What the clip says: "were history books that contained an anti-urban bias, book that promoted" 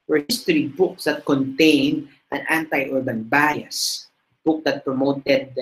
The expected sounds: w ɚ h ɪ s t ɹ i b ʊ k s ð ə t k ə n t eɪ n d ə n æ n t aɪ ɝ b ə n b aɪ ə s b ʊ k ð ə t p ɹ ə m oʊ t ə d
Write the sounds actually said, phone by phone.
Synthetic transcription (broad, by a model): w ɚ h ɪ s t ɹ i b ʊ k s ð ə t k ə n t eɪ n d ə n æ n t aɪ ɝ b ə n b aɪ ə s b ʊ k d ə t p ɹ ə m oʊ t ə d